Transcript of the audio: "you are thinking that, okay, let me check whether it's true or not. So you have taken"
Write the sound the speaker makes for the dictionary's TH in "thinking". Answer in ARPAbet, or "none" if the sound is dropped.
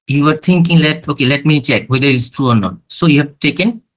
T